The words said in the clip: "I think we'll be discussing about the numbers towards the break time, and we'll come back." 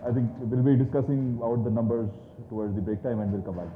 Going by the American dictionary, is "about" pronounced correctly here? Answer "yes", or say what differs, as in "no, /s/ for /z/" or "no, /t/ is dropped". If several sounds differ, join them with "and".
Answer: no, /b/ is dropped